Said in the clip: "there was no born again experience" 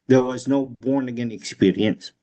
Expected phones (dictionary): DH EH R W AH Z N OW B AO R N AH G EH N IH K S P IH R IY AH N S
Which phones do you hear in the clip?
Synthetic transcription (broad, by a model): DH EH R W AH Z N OW B AO R N AH G EH N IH K S P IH R IY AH N S